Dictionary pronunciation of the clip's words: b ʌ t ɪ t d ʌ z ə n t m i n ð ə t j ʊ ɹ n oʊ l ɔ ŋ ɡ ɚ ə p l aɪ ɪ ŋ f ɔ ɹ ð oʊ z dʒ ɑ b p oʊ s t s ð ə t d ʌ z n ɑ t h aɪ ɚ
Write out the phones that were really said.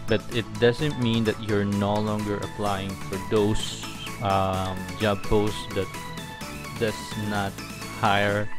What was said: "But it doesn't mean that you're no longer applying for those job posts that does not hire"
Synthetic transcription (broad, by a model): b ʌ t ɪ t d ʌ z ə n t m i n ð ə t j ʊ ɹ n oʊ l ɔ ŋ ɡ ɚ ə p l aɪ ɪ ŋ f ɔ ɹ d oʊ s dʒ ɑ b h oʊ s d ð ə t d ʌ s n ɑ t h aɪ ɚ